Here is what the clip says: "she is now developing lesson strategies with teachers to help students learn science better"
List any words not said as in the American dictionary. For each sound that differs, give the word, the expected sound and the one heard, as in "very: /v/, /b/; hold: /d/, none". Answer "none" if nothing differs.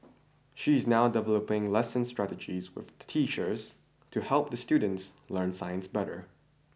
none